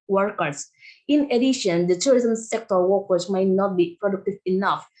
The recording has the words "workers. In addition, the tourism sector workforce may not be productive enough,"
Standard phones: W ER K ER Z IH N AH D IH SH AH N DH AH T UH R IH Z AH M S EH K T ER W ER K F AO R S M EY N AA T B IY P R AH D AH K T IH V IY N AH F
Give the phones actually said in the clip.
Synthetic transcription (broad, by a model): W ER K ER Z IH N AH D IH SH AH N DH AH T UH R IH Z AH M S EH K T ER W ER K AO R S M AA N AA T B IY P R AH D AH K T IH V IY N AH F